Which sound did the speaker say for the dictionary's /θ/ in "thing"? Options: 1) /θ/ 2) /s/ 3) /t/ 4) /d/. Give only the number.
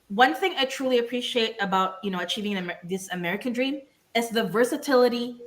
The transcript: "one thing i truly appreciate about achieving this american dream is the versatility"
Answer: 1